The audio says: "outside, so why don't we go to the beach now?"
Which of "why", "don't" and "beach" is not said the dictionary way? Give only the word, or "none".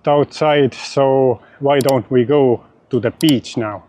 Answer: none